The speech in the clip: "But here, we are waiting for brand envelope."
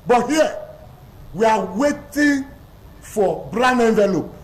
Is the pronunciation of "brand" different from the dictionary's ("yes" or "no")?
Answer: yes